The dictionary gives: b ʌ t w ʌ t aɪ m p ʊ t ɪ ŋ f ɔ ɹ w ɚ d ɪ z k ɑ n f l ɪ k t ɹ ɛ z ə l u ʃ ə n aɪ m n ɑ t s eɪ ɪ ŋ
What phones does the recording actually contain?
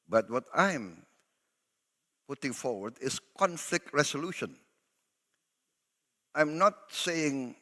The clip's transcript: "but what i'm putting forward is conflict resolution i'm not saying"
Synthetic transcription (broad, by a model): b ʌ t w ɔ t aɪ m p ʊ t ɪ ŋ f ɔ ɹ w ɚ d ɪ s k ɑ n f l ɪ k t ɹ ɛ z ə l u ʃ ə n aɪ m n ɑ t s eɪ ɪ ŋ